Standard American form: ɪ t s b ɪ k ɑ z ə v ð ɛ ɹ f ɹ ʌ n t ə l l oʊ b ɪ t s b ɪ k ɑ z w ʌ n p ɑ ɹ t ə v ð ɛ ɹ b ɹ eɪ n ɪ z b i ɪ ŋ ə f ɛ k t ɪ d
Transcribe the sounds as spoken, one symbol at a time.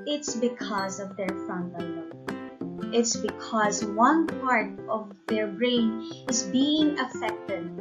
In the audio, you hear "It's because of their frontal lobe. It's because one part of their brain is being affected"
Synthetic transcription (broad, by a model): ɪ t s b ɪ k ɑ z ə v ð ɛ ɹ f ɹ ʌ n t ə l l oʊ ɪ t s b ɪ k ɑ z w ʌ n p ɑ ɹ t ə v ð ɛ ɹ b ɹ eɪ n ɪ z b i ɪ ŋ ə f ɛ k t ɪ d